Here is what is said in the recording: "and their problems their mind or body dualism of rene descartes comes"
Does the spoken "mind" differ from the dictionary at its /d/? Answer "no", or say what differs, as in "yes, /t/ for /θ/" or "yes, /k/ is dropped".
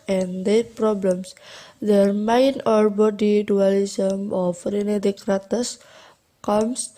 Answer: yes, /d/ is dropped